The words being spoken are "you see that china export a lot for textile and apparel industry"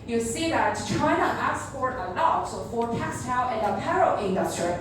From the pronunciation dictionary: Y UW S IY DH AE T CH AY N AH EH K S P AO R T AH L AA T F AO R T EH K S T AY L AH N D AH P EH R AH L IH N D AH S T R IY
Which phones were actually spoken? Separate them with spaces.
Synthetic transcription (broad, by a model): Y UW S IY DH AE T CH AY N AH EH S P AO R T AH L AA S F AO R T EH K S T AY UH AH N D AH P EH R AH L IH N D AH S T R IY